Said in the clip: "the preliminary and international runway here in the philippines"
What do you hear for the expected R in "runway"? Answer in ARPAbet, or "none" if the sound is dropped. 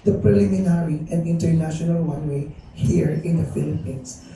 W